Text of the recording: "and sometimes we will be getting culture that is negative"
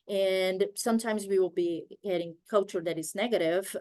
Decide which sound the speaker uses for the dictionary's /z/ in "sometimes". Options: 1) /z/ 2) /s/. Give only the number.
1